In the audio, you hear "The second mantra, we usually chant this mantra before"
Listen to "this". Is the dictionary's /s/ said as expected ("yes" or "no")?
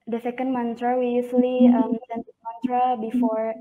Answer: no